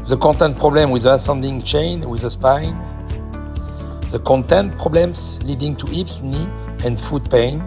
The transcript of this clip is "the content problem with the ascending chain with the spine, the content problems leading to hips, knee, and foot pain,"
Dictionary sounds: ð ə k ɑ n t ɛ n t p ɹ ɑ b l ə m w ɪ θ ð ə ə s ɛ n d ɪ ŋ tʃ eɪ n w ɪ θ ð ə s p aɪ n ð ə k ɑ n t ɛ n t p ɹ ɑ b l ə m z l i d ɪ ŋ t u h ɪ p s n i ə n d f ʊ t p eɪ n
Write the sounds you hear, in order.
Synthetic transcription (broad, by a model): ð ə k ɑ n t ɛ n t p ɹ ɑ b l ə m w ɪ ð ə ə s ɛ n d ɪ ŋ tʃ eɪ n w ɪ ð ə s p aɪ n ð ə k ɑ n t ɛ n t p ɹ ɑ b l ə m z l i d ɪ ŋ t u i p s n i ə n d f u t p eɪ n